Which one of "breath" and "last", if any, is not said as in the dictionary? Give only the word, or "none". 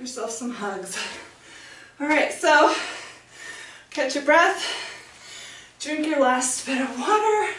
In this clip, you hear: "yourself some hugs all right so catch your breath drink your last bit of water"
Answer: none